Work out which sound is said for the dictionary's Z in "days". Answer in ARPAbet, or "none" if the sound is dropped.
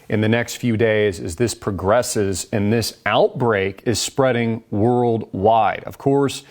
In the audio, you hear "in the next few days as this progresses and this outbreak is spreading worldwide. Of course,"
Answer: Z